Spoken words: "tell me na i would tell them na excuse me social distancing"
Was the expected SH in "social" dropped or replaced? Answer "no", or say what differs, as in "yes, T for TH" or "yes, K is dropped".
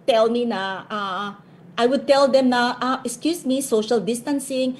no